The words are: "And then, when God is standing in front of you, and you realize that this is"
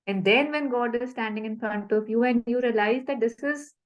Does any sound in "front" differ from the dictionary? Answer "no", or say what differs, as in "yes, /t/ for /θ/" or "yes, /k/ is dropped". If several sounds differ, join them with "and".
yes, /ɹ/ is dropped